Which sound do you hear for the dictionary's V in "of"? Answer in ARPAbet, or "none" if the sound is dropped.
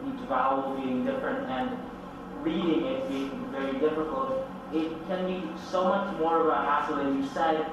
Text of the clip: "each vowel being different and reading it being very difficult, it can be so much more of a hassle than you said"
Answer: B